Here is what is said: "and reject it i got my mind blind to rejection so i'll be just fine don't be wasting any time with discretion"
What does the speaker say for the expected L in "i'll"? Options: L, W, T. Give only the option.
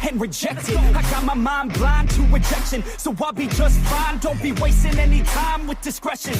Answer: W